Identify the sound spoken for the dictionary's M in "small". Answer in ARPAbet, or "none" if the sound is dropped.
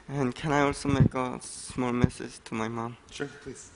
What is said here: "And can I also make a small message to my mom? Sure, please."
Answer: M